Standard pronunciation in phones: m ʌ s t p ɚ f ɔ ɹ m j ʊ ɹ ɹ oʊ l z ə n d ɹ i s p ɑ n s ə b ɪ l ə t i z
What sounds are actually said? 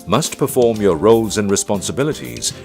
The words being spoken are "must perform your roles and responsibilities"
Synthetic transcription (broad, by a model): m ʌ s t p ɚ f ɔ ɹ m j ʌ ɹ ɹ oʊ l z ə n ɹ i s p ɑ n s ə b ɪ l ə t i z